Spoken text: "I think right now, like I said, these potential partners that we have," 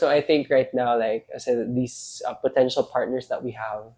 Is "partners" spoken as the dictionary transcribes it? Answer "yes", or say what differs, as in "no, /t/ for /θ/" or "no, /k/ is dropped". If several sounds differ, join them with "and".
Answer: no, /s/ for /z/